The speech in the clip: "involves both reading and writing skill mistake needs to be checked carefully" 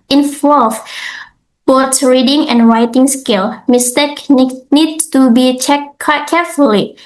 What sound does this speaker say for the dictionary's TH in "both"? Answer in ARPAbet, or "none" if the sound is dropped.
S